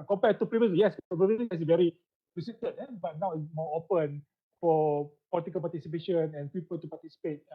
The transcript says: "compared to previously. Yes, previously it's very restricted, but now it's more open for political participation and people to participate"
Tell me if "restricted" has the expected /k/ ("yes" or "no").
no